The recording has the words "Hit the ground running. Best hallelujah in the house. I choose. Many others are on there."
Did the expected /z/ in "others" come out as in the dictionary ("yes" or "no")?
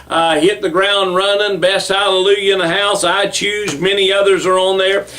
yes